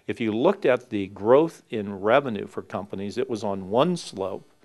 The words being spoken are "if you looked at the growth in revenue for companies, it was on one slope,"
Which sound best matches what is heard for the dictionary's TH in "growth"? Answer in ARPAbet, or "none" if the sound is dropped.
TH